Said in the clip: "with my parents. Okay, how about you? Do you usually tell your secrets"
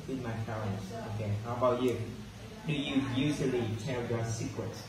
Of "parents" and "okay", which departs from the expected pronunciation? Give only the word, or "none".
parents